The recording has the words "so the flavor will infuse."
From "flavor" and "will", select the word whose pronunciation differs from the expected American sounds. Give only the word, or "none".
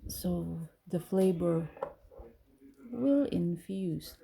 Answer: flavor